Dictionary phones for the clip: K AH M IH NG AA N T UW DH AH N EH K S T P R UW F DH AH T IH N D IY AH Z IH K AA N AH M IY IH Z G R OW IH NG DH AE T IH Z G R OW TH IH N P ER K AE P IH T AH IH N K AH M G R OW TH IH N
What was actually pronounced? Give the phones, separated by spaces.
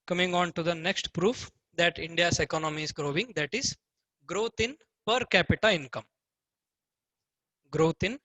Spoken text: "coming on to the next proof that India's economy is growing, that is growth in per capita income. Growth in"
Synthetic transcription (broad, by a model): K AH M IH NG AA N T UW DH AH N EH K S T P R UW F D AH T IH N D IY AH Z IH K AA N AH M IY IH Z G R OW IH NG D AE T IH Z G R OW T IH N P ER K AE P IH T AH IH N K AH M G R OW T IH N